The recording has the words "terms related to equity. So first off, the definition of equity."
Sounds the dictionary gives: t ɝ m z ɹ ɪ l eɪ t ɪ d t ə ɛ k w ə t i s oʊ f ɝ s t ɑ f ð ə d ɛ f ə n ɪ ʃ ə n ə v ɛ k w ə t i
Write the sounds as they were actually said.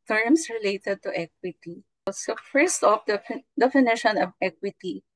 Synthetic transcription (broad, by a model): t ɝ m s ɹ ɪ l eɪ t ɪ d t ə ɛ k w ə t i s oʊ f ɝ s t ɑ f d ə d ɛ f ə n ɪ ʃ ə n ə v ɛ k w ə t i